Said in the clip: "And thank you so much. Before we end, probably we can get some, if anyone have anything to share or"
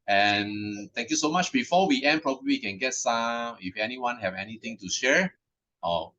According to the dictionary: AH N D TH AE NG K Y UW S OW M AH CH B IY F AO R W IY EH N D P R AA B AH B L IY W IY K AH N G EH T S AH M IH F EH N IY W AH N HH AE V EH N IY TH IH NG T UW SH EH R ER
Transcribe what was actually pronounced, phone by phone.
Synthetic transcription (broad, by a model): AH N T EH NG K Y UW S OW M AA CH B IY F AO W IY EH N P R AA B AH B L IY IY K AH N G EH T S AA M IH F EH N IY W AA N HH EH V EH N IY T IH NG T UW SH EH R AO